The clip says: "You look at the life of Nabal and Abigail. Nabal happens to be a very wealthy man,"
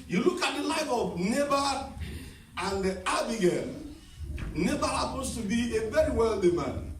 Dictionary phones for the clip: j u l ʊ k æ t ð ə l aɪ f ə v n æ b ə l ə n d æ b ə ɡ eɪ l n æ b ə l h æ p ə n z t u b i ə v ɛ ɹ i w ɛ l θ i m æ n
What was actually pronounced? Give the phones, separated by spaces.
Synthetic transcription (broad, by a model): j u l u k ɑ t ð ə l aɪ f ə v n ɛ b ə ə n d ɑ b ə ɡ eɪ n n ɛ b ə h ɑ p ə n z t u b i ə v ɛ ɹ i w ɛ l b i m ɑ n